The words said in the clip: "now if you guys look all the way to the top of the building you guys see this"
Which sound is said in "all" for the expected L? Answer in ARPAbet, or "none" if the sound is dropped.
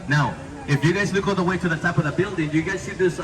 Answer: N